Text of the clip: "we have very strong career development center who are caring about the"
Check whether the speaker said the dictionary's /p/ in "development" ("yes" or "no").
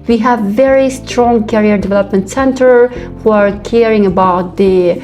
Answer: yes